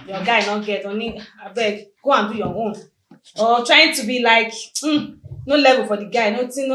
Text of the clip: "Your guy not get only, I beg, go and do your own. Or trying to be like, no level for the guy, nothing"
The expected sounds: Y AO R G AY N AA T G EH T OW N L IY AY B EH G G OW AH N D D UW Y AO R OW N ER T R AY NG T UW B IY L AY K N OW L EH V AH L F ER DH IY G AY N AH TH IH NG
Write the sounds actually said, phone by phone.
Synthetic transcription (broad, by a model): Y AO G AY N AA G EH T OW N IY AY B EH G G OW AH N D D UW Y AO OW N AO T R AY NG T UW B IY L AY K N OW L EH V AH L F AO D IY G AY N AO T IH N